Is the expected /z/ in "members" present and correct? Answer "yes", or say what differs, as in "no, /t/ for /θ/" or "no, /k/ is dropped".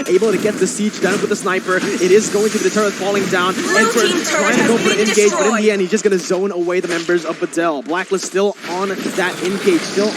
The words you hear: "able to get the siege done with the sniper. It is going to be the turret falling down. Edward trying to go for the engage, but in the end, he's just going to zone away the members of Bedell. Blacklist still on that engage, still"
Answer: yes